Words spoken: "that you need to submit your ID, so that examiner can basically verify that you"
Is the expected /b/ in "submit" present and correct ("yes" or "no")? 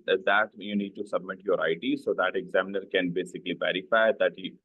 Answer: yes